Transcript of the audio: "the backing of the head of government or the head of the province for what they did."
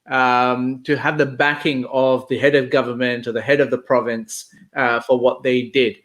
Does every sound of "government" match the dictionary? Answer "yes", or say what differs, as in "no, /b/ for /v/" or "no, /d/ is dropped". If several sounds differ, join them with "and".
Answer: yes